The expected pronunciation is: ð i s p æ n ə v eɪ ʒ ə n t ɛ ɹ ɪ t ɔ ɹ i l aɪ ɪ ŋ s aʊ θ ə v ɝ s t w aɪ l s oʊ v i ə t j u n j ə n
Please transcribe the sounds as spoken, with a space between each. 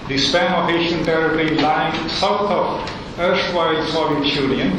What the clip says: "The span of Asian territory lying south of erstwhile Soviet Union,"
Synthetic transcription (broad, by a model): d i s p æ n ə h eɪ ʃ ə n t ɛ ɹ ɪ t ɹ i l aɪ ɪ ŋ s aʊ t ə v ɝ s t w aɪ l s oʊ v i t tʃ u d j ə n